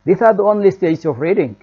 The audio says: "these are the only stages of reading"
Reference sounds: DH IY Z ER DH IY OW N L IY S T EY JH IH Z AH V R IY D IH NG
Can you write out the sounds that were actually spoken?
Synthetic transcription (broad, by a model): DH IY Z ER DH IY OW N L IY S T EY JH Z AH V R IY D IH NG